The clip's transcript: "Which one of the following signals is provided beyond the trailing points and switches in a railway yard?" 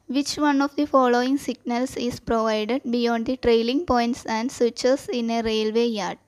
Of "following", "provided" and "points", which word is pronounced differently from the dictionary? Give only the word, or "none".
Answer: none